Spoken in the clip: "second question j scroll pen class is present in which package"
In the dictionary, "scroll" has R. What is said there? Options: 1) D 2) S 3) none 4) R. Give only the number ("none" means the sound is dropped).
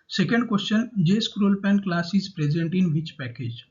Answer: 4